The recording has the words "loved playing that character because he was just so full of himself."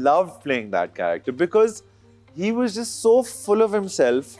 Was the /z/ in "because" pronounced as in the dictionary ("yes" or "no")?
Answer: yes